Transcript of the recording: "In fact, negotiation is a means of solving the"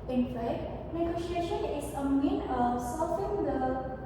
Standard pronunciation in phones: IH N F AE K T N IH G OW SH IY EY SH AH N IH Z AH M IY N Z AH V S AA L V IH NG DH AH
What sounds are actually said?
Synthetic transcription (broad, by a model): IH N F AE K T N IH G OW SH IY EY SH AH N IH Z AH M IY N AH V S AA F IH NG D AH